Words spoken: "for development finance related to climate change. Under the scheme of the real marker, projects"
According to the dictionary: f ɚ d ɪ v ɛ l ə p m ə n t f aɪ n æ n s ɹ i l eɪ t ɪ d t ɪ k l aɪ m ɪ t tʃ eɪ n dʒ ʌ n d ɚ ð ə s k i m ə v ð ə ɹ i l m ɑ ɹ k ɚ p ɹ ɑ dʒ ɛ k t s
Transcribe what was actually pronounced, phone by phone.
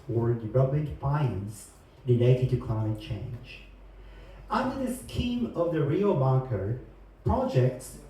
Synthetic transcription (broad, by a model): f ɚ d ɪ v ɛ l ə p m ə n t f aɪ ɪ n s ɹ i l eɪ t ɪ d t ɪ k n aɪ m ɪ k tʃ eɪ n dʒ ʌ n d ɚ ð ə s k i m ə v ð ə ɹ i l m ɑ ɹ k ɚ p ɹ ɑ dʒ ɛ k t s